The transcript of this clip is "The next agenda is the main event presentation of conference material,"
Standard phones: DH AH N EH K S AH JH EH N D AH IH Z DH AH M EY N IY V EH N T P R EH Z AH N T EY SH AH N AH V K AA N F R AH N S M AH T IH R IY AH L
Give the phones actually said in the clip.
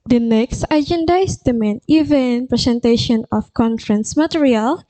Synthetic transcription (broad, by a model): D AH N EH K S AH JH EH N D AH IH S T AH M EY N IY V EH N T P R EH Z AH N T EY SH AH N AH F K AA N F R AH N S M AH T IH R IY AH L